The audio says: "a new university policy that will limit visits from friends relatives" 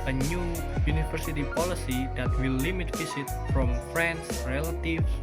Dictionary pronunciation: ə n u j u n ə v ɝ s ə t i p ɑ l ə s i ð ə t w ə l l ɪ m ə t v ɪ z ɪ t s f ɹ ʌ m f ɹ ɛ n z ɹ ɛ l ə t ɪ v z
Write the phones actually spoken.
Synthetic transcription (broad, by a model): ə n u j u n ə f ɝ s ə t i p ɑ l ə s i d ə t w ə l l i m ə t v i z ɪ t f ɹ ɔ m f ɹ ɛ n s ɹ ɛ l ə t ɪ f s